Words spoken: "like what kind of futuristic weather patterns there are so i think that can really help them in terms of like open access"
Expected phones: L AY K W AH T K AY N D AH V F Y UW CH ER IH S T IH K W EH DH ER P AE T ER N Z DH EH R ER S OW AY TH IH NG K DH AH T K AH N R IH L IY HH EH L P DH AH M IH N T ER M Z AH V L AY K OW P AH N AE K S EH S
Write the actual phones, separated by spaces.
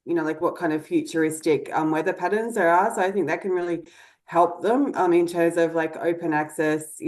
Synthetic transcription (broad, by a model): L AY K W AH T K AY N D AH V F Y UW CH ER IH S T IH K W EH DH ER P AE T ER N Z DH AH R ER S OW AY TH IH NG K DH AH T K AH N R IH L IY HH EH L P DH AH M IH N T ER M Z AH V L AY K OW P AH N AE K S EH S